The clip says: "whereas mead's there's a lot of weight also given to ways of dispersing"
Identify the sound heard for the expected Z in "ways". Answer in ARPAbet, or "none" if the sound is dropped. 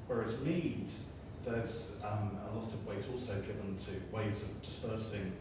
Z